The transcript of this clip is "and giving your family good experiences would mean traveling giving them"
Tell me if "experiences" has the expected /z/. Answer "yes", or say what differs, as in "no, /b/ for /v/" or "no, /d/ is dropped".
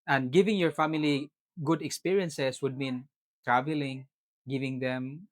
no, /s/ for /z/